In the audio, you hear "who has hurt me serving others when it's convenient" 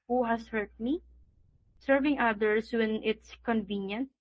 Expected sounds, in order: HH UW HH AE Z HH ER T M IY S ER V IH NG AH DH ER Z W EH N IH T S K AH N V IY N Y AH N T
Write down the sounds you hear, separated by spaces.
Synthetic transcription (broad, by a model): HH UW HH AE S HH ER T M IY S ER V IH NG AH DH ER S W EH N IH T S K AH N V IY N Y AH N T